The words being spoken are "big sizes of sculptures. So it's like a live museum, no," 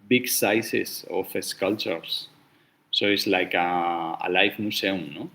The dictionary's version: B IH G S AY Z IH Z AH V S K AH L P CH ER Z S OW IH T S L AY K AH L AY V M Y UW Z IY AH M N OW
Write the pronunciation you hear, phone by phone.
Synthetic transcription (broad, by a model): B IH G S AY S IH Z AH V S K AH L CH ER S S OW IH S L AY K AH L AY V M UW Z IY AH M N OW